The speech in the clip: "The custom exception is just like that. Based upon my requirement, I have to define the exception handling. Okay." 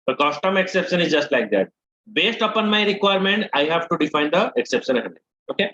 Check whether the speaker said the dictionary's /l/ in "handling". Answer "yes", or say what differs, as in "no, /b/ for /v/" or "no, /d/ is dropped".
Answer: no, /n/ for /l/